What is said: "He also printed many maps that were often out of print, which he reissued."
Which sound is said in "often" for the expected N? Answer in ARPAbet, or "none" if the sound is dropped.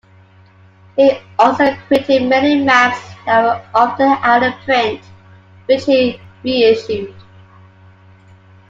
none